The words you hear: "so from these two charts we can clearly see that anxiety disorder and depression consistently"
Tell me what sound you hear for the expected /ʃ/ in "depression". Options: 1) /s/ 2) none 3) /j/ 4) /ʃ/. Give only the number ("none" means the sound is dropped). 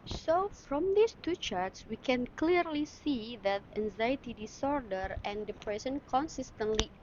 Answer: 1